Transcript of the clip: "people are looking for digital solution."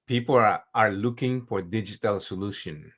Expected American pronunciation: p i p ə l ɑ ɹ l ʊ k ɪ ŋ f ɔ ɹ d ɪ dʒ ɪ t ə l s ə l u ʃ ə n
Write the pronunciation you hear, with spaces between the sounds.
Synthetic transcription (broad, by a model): p i p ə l ɑ ɹ l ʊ k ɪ ŋ f ɔ ɹ d ɪ dʒ ɪ t ə l s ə l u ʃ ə n